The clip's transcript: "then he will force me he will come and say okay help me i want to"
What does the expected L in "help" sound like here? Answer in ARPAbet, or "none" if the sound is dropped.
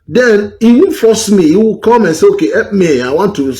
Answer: none